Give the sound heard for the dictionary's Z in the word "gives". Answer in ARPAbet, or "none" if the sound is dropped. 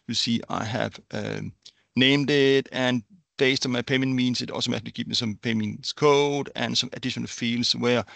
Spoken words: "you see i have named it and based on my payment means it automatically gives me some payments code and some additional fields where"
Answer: none